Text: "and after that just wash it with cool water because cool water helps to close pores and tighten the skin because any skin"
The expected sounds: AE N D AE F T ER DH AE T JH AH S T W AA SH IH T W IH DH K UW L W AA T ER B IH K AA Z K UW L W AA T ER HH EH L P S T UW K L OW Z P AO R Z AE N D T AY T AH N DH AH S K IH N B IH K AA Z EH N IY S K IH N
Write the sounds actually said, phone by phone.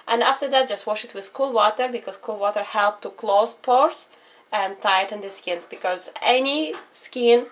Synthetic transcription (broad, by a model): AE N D AE F T ER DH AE T JH AH S T W AA SH IH T W IH DH K UW L W AA T ER B IH K AA Z K UW L W AA T ER HH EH L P T UW K L OW Z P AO R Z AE N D T AY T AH N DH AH S K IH N B IH K AA Z EH N IY S K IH N